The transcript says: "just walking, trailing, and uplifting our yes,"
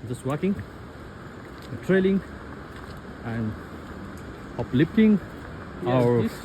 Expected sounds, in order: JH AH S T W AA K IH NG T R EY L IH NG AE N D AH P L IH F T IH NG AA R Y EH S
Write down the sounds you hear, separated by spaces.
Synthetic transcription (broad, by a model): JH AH S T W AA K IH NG T R EY L IH NG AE N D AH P L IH P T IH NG AA R